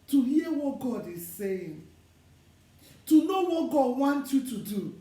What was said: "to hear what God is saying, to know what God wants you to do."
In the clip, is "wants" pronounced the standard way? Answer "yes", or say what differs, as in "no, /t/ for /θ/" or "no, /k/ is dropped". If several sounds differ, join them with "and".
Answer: no, /s/ is dropped